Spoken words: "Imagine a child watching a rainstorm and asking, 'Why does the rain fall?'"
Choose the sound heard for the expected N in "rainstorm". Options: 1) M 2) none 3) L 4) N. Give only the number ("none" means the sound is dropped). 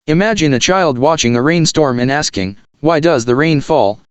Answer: 4